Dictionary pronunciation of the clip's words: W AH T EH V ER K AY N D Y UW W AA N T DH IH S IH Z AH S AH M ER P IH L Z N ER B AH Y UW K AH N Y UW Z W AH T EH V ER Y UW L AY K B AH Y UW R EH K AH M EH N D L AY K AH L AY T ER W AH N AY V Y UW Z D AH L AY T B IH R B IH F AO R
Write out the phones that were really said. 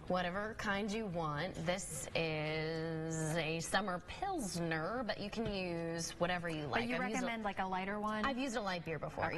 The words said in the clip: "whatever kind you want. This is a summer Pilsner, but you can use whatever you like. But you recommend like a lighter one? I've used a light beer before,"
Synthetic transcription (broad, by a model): W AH T EH V ER K AY N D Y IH W AA N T DH IH S IH Z AH S AH M ER P IH L Z N ER B AH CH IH K N Y UW Z W AH T EH V ER Y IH L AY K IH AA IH R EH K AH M EH N D L AY K AH L AY T ER W AH N AY V Y UW Z D AH L AY T B IH R B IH F AO R